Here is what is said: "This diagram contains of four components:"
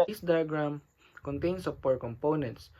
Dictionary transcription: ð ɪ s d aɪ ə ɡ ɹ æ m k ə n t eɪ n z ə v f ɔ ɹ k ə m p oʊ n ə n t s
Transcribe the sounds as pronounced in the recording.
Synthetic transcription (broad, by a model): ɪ s d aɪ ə ɡ ɹ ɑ m k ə n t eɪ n s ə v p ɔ ɹ k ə m p oʊ n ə n t s